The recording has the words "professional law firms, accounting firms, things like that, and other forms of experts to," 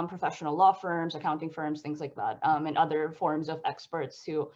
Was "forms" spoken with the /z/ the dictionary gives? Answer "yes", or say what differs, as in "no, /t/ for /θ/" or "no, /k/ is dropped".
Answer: yes